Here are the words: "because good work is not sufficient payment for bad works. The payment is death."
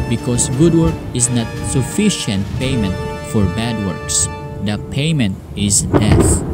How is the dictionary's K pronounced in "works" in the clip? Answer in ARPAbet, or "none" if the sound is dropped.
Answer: K